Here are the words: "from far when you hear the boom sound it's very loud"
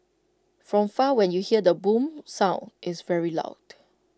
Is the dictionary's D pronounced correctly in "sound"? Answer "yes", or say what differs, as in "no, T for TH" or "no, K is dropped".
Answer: no, D is dropped